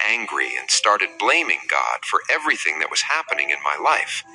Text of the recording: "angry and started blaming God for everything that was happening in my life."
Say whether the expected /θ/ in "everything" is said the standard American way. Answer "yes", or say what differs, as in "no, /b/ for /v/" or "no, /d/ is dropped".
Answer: yes